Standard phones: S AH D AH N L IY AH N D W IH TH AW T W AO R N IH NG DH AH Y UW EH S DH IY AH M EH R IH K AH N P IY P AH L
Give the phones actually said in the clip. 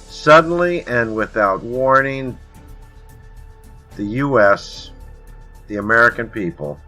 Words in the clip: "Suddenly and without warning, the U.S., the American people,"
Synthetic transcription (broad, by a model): S AH D N L IY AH N W IH TH AW T W AO R N IH NG DH AH Y UW EH S DH IY AH M EH R IH K AH N P IY P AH L